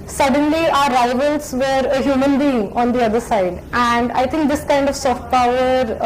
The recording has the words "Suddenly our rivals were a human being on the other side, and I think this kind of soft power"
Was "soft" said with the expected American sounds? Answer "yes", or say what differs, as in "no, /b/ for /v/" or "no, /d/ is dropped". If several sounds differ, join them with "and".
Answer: yes